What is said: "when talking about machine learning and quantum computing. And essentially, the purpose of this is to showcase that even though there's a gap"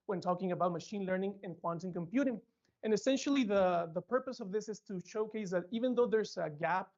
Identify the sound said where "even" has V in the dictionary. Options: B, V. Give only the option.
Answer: V